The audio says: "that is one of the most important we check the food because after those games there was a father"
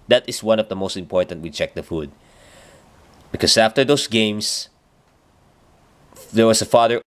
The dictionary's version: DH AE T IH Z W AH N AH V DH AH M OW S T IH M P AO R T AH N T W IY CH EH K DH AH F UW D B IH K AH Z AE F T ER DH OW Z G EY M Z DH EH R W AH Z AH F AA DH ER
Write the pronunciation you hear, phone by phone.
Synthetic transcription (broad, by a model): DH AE T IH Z W AH N AH V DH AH M OW S T IH M P AO R T AH N T W IY CH EH K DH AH F UW D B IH K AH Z AE F T ER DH OW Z G EY M S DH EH R W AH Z AH F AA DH ER